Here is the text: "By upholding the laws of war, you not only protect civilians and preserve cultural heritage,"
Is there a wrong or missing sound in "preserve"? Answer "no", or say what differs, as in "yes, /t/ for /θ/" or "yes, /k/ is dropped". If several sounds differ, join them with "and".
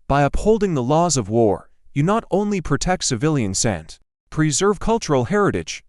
no